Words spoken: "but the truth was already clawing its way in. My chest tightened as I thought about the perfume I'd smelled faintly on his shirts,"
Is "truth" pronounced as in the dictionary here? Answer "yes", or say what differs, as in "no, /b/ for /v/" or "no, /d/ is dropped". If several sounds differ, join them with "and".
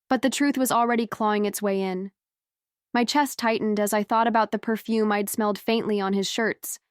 yes